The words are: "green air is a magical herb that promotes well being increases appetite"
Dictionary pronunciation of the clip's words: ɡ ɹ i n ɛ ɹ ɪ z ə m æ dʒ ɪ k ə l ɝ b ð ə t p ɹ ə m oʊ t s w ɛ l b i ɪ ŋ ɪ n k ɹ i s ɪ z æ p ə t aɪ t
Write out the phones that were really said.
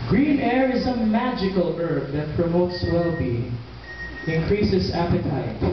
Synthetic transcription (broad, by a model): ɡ ɹ i n ɛ ɹ ɪ z ə m æ dʒ ɪ k ə l ɝ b ð ə t p ɹ ə m oʊ t s w ɛ l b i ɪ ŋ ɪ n k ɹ i s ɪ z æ p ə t aɪ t